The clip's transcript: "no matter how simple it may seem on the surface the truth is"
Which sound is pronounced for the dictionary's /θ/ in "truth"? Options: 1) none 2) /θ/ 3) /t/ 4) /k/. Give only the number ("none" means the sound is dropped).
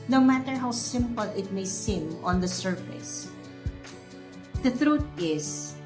3